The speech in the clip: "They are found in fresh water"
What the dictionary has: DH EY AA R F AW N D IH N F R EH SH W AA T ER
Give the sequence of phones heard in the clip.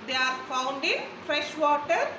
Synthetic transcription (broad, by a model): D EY AA R F AW N D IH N F R EH SH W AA T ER